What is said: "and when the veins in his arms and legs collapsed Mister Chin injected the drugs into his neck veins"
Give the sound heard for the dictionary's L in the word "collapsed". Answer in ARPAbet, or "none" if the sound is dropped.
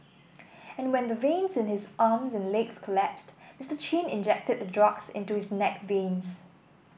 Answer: L